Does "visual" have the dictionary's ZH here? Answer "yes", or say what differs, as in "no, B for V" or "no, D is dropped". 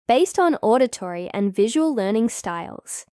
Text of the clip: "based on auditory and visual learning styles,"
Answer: yes